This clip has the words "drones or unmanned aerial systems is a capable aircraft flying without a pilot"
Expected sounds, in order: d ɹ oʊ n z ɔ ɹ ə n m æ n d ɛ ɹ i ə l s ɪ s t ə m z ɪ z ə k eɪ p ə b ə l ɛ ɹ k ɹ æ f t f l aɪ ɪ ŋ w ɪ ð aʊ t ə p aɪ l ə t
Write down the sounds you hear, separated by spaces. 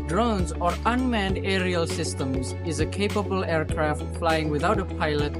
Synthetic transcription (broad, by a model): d ɹ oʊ n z ɔ ɹ ə n m æ n d ɛ ɹ i ə l s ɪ s t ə m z ɪ z ə k eɪ p ə b ə l ɛ ɹ k ɹ æ f t f l aɪ ɪ ŋ w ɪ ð aʊ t ə p aɪ l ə t